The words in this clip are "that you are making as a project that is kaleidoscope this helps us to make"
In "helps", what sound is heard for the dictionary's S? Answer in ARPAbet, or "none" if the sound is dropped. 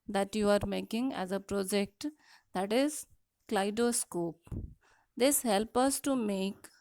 none